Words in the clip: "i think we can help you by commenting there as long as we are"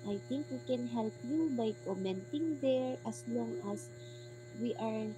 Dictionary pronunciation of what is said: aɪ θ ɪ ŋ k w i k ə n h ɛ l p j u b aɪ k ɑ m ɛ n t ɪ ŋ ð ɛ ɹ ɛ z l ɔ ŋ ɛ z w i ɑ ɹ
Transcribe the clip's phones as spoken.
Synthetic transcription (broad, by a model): aɪ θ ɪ ŋ k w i k ə n h ɛ l p j u b aɪ k ɑ m ɛ n t ɪ ŋ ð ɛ ɹ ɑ s l ɔ ŋ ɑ s w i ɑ ɹ